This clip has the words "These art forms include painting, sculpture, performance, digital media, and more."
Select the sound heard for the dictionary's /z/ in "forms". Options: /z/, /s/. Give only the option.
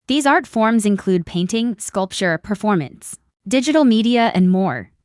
/z/